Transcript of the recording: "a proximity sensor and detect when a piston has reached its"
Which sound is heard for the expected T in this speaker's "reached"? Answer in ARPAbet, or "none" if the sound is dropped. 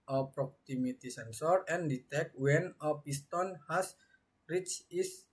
none